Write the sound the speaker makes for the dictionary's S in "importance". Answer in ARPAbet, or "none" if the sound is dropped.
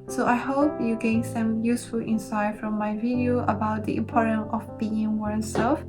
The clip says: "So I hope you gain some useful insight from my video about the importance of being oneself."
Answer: none